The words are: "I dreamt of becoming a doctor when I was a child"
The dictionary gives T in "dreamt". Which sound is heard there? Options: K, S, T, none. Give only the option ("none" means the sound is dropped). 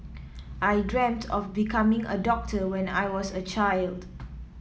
T